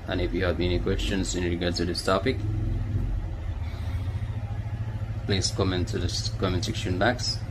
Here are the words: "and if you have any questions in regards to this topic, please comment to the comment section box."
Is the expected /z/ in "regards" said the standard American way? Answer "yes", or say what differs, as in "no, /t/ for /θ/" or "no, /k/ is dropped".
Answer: no, /z/ is dropped